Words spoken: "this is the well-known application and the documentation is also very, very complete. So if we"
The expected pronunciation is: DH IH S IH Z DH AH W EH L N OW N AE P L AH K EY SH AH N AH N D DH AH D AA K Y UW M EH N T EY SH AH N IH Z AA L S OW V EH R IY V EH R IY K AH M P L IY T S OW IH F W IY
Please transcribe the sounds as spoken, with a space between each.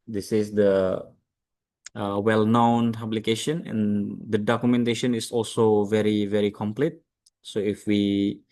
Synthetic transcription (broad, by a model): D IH S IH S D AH W EH L N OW N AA B L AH K EY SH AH N AH N D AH D AA K Y UW M EH N T EY SH AH N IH S AA L S OW V EH R IY V EH R IY K AH M P L IY T S OW IH F W IY